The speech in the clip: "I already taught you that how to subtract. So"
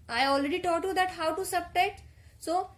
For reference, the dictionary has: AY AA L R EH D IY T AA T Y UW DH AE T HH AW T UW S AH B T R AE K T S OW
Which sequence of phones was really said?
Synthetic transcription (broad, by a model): AY AA L R EH D IY T AA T Y UW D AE T HH AW T UW S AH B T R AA T S OW